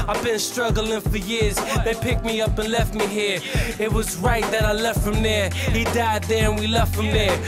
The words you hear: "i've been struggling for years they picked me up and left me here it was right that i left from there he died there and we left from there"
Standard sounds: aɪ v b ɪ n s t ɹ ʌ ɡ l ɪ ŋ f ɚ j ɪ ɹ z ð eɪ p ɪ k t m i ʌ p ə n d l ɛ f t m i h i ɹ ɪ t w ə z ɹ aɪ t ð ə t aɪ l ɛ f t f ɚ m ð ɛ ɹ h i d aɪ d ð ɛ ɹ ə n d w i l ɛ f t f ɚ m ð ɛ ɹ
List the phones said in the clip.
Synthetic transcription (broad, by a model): aɪ v b ɪ n s t ɹ ʌ ɡ l ɪ ŋ f ɚ j ɪ ɹ z ð eɪ p ɪ k t m i ʌ p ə n l ɛ f t m i h i ɹ ɪ t w ə z ɹ aɪ t ð ə t aɪ l ɛ f t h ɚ m ð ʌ ɹ h i d aɪ d ð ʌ ɹ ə n w i l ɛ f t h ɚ m ð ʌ ɹ